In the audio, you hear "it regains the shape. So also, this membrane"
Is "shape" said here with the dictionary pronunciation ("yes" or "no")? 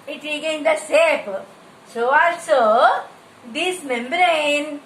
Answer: no